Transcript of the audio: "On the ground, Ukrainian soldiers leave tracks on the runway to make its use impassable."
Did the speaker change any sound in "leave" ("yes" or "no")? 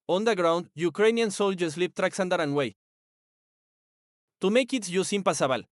yes